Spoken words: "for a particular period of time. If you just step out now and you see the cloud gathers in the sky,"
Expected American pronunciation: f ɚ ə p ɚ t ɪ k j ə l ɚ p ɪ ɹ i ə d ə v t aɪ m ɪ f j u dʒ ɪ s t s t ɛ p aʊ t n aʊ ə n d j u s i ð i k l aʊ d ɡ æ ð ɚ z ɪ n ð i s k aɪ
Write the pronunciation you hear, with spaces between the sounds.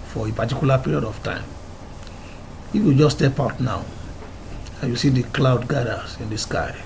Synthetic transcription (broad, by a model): f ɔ ə p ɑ t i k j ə l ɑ p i ɹ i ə d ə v t aɪ m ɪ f j u dʒ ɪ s s t ɛ p aʊ t n aʊ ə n j u s i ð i k l aʊ d ɡ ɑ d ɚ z ɪ n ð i s k aɪ